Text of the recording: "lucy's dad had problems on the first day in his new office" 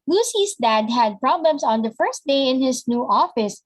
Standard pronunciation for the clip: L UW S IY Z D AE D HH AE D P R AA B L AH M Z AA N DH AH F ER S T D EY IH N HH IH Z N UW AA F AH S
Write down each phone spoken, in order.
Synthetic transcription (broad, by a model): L UW S IY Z D AE D HH AE D P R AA B L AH M S AA N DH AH F ER S T D EY IH N HH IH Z N UW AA F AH S